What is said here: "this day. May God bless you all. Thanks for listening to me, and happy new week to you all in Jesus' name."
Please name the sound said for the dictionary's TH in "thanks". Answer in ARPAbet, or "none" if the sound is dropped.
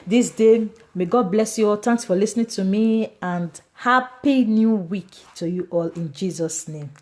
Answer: T